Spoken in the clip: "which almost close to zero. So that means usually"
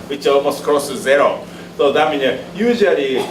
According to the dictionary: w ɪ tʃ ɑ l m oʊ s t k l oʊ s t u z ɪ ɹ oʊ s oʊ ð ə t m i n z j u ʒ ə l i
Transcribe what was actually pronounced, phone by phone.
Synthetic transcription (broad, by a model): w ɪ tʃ ɑ l m oʊ s t k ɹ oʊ s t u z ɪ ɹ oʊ s oʊ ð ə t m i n j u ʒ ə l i